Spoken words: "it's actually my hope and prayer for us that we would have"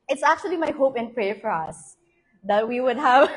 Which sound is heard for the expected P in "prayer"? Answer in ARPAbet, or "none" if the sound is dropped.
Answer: P